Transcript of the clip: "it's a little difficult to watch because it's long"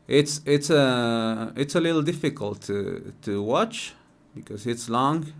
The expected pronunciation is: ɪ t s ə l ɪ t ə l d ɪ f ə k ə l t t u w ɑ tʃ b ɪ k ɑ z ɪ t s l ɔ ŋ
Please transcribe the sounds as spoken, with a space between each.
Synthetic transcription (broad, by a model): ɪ t s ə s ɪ t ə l d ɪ f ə k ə l t t u w ɑ tʃ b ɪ k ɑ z ɪ t s l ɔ ŋ